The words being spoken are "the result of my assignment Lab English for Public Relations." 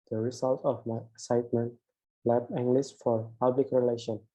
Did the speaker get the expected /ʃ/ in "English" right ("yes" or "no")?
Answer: no